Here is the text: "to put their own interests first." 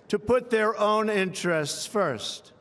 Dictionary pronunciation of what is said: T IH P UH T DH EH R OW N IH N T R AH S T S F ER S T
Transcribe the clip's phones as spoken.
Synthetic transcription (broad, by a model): T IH P UH T DH EH R OW N IH N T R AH S T S F ER S T